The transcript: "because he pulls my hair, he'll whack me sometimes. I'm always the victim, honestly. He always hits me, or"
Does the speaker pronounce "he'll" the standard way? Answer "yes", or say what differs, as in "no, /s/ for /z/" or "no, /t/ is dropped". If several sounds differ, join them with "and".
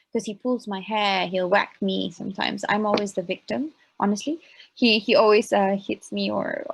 yes